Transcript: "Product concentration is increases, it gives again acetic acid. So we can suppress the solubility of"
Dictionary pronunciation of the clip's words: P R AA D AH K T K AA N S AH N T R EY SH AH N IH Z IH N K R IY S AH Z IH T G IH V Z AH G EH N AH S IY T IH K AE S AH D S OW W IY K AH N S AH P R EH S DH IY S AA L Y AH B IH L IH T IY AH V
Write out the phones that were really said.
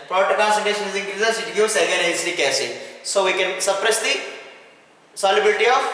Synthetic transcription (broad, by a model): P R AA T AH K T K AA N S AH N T EY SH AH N IH Z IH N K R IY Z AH S IH T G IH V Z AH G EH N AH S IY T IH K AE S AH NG S OW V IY K AH N S AH P R EH S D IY S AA L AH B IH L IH T IY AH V